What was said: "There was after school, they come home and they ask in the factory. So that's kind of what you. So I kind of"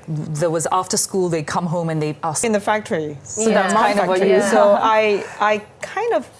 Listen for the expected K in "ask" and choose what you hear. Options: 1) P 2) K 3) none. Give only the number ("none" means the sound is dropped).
3